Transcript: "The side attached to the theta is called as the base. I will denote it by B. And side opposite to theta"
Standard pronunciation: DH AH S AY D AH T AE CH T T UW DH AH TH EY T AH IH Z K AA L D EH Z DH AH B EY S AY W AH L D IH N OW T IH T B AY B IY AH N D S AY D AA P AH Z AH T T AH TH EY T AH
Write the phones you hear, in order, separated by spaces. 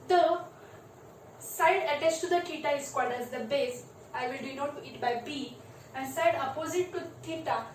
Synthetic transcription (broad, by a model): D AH S AY D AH T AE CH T T UW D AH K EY T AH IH S K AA D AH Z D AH B EY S AY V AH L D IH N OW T IH T B AY B IY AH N S AY D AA P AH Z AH T T AH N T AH